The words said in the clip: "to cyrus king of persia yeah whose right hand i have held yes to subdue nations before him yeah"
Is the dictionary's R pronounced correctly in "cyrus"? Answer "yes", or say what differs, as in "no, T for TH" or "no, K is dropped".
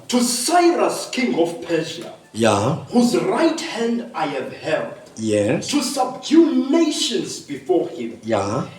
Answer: yes